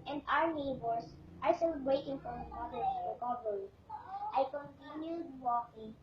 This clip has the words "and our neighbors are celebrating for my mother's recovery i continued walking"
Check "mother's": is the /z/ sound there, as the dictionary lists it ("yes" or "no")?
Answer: no